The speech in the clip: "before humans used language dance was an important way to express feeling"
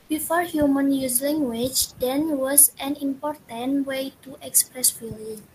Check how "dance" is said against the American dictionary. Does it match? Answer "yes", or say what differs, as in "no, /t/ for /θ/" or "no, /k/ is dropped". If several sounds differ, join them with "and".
no, /s/ is dropped